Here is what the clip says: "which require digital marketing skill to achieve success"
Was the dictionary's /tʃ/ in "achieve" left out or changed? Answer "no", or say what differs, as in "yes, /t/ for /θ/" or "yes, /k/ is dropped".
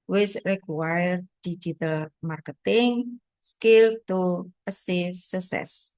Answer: yes, /s/ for /tʃ/